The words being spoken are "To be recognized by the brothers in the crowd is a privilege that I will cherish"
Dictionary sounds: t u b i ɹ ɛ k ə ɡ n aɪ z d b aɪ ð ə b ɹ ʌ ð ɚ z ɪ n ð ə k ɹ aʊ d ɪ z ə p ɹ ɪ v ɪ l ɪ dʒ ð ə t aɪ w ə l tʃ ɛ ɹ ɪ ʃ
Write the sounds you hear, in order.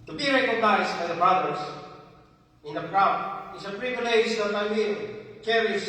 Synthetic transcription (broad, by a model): t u b i ɹ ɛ k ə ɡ n aɪ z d b aɪ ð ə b ɹ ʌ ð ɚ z ɪ n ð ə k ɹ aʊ ɪ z ə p ɹ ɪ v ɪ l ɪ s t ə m aɪ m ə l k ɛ ɹ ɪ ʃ